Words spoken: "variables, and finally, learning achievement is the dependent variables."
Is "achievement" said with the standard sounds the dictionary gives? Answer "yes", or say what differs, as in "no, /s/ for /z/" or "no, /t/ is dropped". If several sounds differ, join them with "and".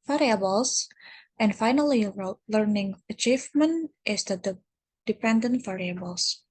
yes